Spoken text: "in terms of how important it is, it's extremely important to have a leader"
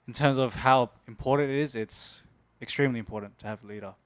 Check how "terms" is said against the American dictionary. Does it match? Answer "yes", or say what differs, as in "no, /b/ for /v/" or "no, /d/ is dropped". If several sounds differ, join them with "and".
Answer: yes